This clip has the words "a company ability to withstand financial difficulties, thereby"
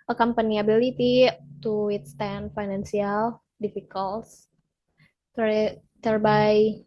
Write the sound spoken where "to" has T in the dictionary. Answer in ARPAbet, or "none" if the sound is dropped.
T